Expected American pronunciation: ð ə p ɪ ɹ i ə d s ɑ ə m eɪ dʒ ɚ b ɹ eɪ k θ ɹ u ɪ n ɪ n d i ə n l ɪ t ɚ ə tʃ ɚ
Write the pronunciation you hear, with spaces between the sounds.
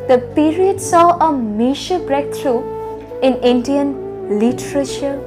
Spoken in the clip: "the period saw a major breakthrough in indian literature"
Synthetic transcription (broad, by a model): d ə p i ɹ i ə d s ɑ ə m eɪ ʃ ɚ b ɹ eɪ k t ɹ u ɪ n ɪ n d i ə n l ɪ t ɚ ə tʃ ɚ